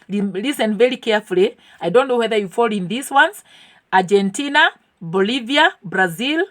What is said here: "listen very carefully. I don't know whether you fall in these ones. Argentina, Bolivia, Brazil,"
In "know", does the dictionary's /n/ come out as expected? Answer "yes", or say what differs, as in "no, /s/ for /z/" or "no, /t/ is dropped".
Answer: yes